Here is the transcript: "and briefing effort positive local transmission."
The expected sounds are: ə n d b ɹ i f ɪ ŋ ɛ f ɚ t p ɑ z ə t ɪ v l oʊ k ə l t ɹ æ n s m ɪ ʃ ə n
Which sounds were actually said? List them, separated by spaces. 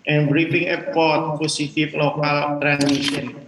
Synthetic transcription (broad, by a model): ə n b ɹ i f ɪ ŋ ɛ p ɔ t p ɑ s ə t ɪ f l oʊ k ə l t ɹ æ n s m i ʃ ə n